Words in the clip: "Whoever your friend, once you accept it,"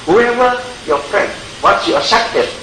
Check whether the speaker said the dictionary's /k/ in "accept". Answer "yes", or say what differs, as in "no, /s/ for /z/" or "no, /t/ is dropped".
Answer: no, /k/ is dropped